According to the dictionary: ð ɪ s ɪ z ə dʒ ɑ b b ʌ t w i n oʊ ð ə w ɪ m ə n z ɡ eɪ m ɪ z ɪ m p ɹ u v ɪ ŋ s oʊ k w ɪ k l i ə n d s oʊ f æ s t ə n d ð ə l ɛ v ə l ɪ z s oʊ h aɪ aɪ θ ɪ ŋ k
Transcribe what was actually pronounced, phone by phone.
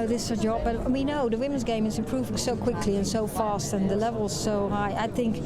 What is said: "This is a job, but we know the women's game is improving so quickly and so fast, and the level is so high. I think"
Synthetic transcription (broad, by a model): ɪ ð ɪ s ə dʒ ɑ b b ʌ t w i n oʊ ð ə w ɪ m ə n z ɡ eɪ m ɪ z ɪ p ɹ u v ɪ s oʊ k w ɪ k l i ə n s oʊ f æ s t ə n ð ə l ɛ v ə l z s oʊ h aɪ aɪ θ ɪ ŋ k